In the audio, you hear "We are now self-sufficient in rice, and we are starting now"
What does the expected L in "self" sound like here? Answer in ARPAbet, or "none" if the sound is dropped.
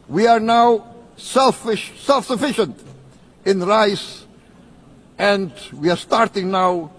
L